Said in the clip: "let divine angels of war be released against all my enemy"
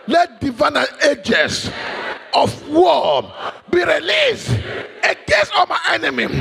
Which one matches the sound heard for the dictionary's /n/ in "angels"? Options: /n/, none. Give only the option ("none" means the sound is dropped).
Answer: none